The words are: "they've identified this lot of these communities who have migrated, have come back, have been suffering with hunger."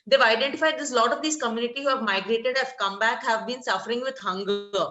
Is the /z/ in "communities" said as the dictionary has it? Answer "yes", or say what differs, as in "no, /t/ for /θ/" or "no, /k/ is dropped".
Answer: no, /z/ is dropped